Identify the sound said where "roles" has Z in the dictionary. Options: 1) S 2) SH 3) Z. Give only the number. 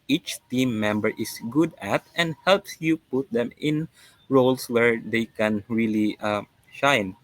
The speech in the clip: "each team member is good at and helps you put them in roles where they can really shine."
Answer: 1